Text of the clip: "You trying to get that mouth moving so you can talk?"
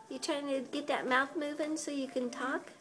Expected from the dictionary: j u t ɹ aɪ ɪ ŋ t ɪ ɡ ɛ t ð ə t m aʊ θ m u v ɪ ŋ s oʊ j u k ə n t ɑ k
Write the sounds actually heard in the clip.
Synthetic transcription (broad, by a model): j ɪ t ɹ aɪ ɪ ŋ t ɪ ɡ ɛ t ð ə t m aʊ θ m u v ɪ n s oʊ j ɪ k ə n t ɑ k